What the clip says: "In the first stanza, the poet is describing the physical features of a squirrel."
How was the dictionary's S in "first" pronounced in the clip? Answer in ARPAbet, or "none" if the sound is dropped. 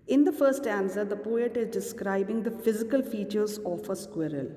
none